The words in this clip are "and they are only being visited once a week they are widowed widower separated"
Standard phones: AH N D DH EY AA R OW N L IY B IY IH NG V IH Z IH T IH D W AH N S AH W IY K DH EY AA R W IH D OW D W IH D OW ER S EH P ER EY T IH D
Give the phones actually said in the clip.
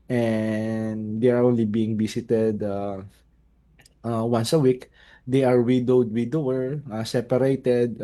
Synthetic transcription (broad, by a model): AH N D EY AA R OW N L IY B IY IH NG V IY S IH T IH D W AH N S AH W IY K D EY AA R W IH D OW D W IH D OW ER S EH P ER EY T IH D